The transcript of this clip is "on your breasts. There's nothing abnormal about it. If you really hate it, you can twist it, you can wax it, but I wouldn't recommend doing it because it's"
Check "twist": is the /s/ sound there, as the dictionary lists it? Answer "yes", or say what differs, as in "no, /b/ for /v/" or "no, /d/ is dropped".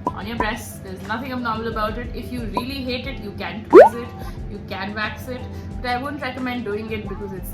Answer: no, /s/ is dropped